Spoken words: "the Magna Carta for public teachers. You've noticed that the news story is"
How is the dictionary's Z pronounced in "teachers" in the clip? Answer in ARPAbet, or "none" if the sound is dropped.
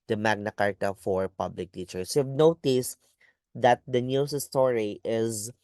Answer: S